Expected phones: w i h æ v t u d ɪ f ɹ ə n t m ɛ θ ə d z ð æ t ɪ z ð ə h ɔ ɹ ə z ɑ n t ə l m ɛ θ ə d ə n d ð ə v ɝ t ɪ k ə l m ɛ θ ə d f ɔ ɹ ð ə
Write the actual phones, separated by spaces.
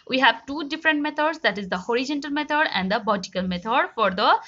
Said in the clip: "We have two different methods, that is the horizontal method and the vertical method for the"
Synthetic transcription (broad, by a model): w i h æ v t u d ɪ f ɹ ə n t m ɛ t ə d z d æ t ɪ z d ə h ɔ ɹ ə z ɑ n t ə l m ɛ t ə d ə n d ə b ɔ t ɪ k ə l m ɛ t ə d f ɔ ɹ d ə